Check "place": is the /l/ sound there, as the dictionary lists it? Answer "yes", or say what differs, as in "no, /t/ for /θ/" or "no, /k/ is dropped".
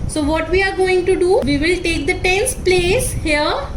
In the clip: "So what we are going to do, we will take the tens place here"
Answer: yes